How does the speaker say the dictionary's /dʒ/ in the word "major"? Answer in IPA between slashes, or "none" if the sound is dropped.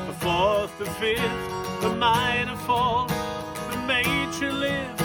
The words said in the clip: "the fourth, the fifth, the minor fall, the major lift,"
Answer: /tʃ/